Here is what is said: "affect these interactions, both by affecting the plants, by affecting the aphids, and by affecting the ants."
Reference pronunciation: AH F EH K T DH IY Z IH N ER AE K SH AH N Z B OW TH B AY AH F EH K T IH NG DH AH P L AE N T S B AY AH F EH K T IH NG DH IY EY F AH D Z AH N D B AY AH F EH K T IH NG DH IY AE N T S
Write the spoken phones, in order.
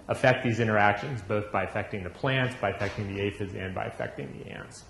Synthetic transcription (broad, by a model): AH F EH K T DH IY Z IH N ER AE K SH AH N Z B OW TH B AY AH F EH K T IH NG DH AH P L AE N T S B AY AH F EH K T IH NG DH IY EY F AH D Z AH N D B AY AH F EH K T IH NG DH IY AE N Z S